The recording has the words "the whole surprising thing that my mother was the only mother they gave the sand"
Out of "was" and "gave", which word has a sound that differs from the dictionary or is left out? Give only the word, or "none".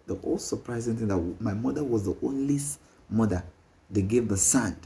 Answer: none